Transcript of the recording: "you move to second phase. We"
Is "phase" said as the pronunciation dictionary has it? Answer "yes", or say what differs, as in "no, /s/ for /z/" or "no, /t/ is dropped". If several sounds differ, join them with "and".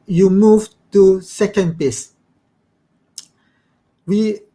no, /p/ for /f/ and /s/ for /z/